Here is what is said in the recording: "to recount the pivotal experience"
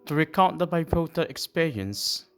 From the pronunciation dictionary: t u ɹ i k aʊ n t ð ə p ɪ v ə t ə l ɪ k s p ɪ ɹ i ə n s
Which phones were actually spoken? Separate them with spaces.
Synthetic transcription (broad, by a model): t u ɹ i k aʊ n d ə b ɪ p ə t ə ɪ k s p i ɹ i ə n s